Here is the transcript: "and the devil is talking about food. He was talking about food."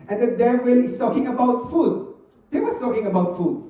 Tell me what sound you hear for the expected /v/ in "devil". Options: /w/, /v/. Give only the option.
/w/